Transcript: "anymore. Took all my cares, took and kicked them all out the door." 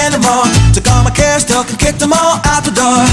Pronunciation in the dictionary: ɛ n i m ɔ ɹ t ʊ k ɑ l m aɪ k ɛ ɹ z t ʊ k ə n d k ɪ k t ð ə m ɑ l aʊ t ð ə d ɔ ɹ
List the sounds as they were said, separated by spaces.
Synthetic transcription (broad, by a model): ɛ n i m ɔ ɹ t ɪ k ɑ m aɪ k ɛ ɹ s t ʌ k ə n k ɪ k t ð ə m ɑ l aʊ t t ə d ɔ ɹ